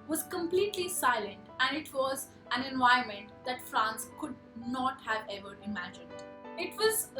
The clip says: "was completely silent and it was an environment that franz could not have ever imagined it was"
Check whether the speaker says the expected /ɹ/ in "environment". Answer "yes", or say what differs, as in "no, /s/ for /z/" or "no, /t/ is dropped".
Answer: no, /ɹ/ is dropped